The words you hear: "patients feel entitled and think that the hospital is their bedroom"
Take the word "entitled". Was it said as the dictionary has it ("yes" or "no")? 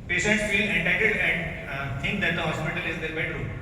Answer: no